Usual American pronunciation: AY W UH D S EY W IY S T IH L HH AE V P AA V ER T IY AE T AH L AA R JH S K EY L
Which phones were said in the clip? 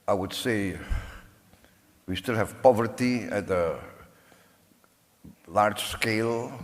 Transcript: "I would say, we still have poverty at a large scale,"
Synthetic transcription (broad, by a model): AY W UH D S EY W IY S T IH L HH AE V P AA V ER T IY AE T AH L AA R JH S K EY L